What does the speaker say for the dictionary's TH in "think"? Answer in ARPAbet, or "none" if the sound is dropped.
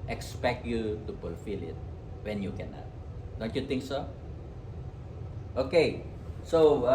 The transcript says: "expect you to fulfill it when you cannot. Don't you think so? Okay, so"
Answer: T